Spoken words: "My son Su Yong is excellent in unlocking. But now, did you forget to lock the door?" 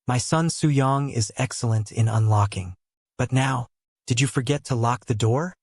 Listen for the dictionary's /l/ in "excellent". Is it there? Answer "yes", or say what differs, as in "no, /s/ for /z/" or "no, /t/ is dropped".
yes